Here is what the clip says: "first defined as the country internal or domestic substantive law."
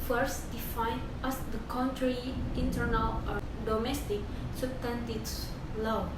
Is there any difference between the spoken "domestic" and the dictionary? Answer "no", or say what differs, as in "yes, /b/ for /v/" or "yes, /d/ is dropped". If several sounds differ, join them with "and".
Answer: no